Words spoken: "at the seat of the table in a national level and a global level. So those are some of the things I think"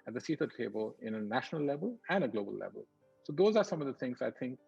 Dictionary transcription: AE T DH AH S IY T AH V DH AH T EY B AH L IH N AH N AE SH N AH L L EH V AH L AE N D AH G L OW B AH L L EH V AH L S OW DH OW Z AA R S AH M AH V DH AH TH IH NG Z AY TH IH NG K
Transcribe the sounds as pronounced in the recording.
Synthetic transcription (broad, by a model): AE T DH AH S IY T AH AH T EY B AH L IH N AH N AE SH N AH L L EH V AH L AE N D AH G L OW B AH L L EH V AH L S OW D OW Z AA R S AH M AH V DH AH T IH NG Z AY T IH NG K